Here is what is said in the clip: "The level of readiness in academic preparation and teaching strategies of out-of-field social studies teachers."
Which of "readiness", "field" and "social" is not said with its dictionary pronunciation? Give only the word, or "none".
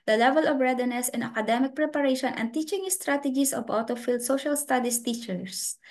none